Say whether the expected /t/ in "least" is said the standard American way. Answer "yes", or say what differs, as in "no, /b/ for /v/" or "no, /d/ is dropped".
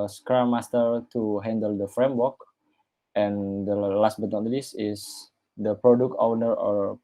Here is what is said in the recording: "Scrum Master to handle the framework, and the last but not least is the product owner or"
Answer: no, /t/ is dropped